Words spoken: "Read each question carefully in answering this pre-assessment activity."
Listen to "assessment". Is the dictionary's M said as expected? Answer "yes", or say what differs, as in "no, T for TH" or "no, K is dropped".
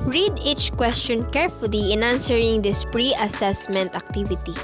yes